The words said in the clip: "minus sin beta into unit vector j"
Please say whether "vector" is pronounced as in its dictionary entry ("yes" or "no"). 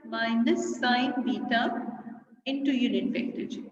no